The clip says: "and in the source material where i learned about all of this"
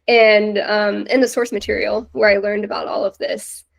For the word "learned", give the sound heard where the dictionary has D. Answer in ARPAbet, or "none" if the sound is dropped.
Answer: D